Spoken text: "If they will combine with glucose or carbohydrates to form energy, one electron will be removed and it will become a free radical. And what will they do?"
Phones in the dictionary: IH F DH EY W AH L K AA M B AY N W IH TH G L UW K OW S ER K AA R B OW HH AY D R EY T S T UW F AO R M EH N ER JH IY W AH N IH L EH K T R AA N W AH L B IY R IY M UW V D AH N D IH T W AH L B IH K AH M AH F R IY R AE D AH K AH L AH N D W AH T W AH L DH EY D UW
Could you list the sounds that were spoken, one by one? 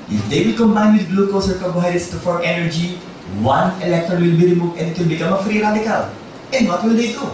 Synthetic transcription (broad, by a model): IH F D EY W AH L K AA M B AY N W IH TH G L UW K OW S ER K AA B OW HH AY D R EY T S T UW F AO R EH N ER JH IY W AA N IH L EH K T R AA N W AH L B IY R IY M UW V AH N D IH T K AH N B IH K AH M AH F R IY R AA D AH K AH L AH N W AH T W AH L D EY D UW